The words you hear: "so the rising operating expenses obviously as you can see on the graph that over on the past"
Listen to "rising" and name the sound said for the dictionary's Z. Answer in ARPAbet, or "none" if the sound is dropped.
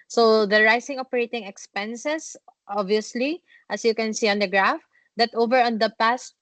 S